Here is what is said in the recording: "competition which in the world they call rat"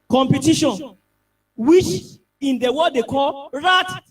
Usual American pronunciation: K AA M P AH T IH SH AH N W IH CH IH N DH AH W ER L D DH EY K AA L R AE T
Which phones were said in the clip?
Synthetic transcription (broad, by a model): K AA M P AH T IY SH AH N W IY CH IH N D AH W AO D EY K AA L R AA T